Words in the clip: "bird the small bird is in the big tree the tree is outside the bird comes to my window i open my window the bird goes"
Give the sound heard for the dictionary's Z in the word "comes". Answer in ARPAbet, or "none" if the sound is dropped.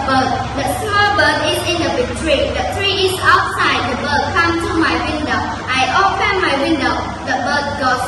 none